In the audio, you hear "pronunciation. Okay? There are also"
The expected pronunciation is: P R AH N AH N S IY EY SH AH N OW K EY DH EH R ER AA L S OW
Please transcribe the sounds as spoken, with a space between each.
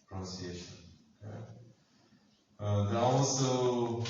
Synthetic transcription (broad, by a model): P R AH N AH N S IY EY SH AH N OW AH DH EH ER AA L S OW